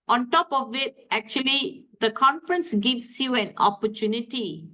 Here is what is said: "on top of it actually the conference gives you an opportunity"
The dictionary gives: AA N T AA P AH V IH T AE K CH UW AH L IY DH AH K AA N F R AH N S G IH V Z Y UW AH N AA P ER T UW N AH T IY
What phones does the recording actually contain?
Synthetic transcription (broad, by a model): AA N T AA P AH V IH T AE K CH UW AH L IY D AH K AA N F R AH N S G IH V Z Y UW AH N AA P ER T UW N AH T IY